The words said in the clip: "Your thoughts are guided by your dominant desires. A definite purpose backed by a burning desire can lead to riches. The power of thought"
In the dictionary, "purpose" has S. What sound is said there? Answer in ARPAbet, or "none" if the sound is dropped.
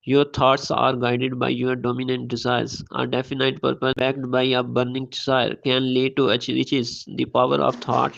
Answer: none